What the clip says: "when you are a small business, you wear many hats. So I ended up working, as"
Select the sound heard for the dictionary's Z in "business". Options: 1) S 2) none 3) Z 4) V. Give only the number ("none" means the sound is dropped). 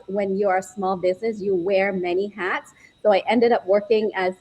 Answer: 3